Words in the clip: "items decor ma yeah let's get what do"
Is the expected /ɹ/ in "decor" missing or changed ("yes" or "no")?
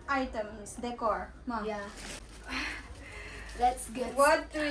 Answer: no